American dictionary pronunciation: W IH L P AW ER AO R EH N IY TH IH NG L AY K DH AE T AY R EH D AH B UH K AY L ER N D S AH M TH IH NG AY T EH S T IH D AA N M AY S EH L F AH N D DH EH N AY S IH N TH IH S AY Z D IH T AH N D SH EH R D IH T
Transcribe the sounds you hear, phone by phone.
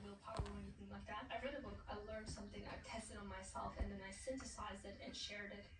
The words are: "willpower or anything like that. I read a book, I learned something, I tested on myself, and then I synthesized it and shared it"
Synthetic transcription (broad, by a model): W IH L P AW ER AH W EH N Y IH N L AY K DH AE T AY R EH D AH B UH K AY L ER N D S AH M TH IH NG AY T EH S T IH D N M AY S EH L F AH N DH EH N AY S IH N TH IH S AY Z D IH T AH N SH EH R D IH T